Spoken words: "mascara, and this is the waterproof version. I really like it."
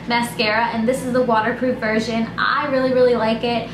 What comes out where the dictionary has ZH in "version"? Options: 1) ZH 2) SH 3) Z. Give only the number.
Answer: 1